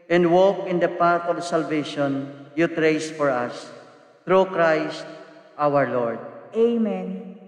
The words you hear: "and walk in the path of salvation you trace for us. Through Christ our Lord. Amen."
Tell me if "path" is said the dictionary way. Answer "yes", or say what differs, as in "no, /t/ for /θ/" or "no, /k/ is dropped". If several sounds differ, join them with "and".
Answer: no, /t/ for /θ/